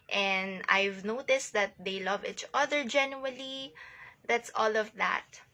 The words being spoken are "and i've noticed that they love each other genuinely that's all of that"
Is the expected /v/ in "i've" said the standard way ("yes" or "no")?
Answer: yes